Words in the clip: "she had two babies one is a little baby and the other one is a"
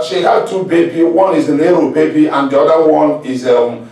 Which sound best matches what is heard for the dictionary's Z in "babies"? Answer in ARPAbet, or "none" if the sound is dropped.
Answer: none